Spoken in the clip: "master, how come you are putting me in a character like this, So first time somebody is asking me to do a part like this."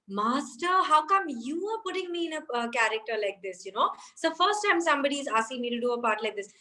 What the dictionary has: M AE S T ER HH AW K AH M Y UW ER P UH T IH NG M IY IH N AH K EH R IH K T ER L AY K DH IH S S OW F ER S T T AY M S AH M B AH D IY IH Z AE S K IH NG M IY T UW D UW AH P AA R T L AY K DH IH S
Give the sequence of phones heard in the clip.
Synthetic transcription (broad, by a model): M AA S T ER HH AW K AH M Y UW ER P UH T IH NG M IY IH N AH K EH R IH K T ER L AY K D IH S S OW F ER S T T AY M S AH M B AH D IY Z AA S IH M IY T UW D UW AH P AA R T L AY K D IH S